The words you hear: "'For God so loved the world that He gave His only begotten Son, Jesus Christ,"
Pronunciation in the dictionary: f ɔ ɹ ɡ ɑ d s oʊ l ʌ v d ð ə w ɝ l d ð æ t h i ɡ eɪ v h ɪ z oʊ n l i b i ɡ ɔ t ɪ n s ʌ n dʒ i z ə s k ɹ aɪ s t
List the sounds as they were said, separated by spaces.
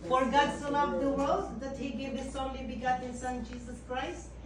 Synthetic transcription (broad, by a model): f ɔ ɹ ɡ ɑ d s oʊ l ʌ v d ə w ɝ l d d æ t h i ɡ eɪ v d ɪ s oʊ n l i b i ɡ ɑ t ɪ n s ʌ n dʒ i s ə s k ɹ aɪ s t